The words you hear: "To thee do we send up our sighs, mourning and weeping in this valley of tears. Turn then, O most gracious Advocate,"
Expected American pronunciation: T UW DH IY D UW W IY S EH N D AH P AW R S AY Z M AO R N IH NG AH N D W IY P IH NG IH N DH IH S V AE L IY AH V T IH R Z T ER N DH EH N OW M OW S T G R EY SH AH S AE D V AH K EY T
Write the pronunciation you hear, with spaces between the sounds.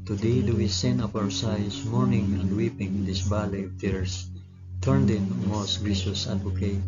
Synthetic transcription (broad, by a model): T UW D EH D UW W IY S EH N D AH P AW R S AY S M AO R N IH NG AH N D W IY P IH NG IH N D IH S B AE L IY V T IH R S T ER N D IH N M OW S T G IY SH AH S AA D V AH K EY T